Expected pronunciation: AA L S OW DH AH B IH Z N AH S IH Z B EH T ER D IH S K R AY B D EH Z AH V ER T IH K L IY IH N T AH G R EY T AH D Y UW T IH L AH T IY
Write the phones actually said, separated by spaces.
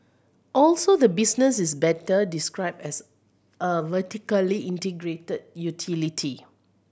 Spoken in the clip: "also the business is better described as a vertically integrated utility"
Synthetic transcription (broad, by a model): AA L S OW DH AH B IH S N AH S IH S B EH T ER D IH S K R AY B EH S AH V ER T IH K L IY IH N T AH G R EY T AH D Y UW T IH L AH T IY